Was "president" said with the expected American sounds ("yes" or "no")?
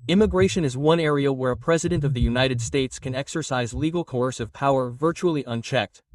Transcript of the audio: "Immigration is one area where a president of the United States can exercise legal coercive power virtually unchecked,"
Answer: yes